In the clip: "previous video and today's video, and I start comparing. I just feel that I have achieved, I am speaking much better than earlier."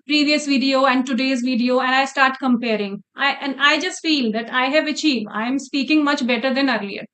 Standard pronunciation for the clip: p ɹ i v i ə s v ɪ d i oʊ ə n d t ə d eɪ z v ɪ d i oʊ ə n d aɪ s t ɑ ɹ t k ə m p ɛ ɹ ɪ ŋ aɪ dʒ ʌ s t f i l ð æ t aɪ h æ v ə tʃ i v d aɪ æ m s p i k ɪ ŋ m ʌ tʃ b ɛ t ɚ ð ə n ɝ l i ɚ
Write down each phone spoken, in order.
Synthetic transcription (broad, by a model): p ɹ i v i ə s v ɪ d i oʊ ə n d t ə d eɪ z v ɪ d i oʊ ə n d aɪ s t ɑ ɹ t k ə m p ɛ ɹ ɪ ŋ aɪ dʒ ʌ s t f i l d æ t aɪ h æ v ə tʃ i v d aɪ m s p i k ɪ ŋ m ʌ tʃ b ɛ t ɚ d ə n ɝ l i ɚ